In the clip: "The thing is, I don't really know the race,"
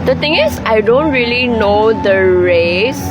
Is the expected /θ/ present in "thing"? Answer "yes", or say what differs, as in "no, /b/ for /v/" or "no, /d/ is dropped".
no, /t/ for /θ/